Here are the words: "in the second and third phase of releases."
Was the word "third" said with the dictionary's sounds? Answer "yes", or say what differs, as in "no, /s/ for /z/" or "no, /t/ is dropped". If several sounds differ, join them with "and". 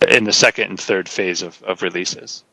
yes